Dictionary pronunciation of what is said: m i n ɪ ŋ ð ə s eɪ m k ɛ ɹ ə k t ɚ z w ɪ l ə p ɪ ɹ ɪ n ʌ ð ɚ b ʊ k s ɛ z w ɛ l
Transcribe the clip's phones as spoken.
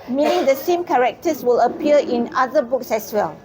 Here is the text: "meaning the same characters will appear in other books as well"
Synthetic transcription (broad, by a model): m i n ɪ ŋ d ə s eɪ m k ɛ ɹ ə k t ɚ s w ɪ l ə p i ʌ ɪ n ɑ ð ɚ b ʊ k s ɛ s w ɛ l